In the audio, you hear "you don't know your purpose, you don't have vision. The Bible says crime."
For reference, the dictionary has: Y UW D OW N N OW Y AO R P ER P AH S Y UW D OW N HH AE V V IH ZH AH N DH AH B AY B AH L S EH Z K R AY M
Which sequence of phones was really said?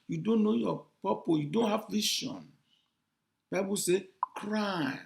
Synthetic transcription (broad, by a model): Y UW D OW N N OW Y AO P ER P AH Y UW D OW N HH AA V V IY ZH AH N B AY B AH L S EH K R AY